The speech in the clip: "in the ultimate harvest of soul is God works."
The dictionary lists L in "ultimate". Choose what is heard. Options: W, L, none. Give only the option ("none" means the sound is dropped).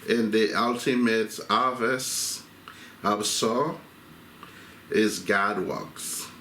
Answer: L